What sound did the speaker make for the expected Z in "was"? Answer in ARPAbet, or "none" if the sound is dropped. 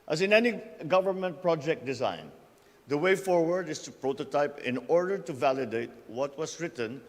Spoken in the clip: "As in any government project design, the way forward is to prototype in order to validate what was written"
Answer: S